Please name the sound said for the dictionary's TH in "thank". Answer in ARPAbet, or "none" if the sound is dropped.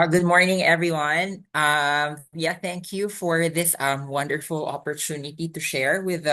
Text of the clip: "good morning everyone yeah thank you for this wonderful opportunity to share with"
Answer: TH